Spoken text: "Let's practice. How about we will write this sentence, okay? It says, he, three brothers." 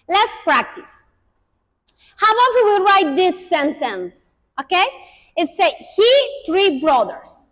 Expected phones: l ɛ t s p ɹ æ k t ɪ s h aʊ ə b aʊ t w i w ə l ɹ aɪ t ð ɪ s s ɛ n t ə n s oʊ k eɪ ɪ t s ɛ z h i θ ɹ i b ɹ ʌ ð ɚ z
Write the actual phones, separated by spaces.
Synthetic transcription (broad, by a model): l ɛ t s p ɹ æ k t ɪ s h aʊ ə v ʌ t w i ɹ aɪ t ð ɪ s s ɛ n t ə n s oʊ k eɪ ɪ t s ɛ h i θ ɹ i b ɹ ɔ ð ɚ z